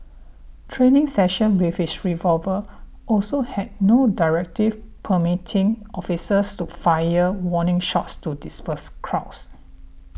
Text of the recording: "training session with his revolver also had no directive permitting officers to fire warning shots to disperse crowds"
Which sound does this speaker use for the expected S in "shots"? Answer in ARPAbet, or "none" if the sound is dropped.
S